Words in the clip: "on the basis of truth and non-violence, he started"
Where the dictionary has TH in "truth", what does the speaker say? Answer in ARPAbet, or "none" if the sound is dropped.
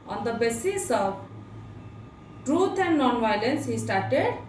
T